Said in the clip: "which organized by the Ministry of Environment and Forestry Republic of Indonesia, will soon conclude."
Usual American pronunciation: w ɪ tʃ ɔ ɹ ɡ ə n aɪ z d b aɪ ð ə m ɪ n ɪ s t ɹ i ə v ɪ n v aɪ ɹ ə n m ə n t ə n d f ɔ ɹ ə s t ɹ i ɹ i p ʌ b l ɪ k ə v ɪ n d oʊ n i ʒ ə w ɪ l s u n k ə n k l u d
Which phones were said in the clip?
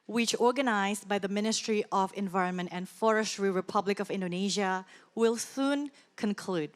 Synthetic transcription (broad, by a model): w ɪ tʃ ɔ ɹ ɡ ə n aɪ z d b aɪ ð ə m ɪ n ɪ s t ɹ i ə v ɪ n v aɪ ɹ ə n m ə n t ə n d f ɔ ɹ ə s t ɹ i ɹ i p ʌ b l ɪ k ə v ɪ n d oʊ n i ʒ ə w ɪ l s u n k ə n k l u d